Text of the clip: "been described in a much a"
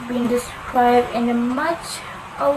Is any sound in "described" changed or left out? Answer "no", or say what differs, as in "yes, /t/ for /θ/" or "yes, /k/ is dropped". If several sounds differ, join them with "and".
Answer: no